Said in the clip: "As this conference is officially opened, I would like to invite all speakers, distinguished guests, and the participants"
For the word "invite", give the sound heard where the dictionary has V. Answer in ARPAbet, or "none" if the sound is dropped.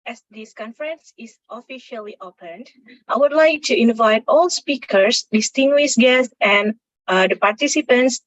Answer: V